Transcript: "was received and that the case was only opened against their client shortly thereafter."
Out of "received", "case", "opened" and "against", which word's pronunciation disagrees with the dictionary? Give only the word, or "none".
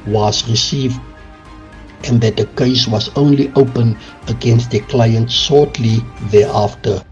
opened